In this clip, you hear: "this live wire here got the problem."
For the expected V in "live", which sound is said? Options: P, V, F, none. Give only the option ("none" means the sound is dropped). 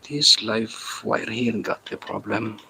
F